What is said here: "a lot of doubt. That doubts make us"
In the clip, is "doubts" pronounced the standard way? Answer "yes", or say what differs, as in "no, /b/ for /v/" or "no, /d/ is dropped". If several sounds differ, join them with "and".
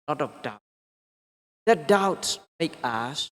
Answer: yes